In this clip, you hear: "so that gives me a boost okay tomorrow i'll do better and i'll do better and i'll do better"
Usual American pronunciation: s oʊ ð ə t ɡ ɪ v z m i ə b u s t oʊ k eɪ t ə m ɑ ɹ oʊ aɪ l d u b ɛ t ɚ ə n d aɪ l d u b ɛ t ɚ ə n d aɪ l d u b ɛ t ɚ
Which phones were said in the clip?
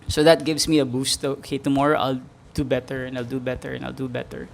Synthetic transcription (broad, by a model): s oʊ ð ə t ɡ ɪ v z m i ə b u s t oʊ k eɪ t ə m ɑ ɹ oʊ aɪ l d u b ɛ t ɚ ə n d aɪ l d u b ɛ t ɚ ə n aɪ l d u b ɛ t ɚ